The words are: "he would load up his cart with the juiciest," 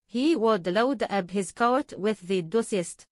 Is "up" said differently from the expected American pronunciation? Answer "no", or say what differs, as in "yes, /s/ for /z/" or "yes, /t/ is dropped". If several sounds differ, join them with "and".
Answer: yes, /b/ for /p/